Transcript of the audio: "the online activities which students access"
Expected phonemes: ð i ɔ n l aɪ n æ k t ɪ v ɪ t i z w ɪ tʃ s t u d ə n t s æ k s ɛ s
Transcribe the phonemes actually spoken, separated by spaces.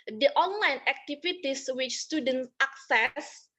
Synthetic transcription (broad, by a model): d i ɔ n l aɪ n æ k t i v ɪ t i s w ɪ tʃ s t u d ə n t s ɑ k s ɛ s